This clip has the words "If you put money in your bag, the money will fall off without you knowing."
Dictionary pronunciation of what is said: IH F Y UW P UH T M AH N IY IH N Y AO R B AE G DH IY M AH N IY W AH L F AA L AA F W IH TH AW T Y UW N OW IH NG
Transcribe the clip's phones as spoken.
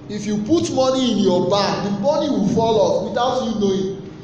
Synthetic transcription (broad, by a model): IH F Y UW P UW T M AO N IY IH N Y AO B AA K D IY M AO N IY W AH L F AA L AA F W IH T AW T Y UW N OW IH